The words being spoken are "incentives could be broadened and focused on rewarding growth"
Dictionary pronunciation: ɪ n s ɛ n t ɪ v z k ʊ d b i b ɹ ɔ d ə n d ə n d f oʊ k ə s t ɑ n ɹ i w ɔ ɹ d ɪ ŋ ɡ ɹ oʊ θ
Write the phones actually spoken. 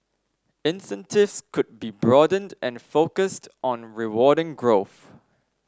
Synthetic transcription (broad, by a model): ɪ n s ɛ n t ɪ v s k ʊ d b i b ɹ ɔ d ə n d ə n f oʊ k ə s t ɑ n ɹ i w ɔ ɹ d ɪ ŋ ɡ ɹ oʊ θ